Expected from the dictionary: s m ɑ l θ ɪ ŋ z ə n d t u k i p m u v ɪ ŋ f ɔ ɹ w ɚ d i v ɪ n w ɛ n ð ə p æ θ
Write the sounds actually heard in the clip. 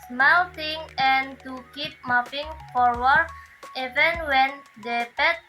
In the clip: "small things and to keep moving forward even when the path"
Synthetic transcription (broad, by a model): s m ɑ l t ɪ ŋ ə n t u k i p m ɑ p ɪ ŋ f ɔ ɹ w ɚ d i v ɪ n w ɛ n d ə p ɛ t